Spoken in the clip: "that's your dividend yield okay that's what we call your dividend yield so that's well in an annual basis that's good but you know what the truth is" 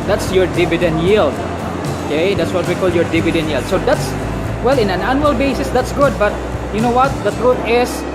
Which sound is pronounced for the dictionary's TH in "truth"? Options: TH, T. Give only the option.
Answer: T